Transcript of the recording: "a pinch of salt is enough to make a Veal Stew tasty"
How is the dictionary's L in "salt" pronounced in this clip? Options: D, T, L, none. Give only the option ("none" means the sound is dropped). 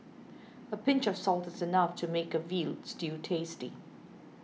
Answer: L